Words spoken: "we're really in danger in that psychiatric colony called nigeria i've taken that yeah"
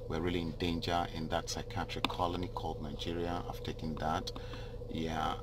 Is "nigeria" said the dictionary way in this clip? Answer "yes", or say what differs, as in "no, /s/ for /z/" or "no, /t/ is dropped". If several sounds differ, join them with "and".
yes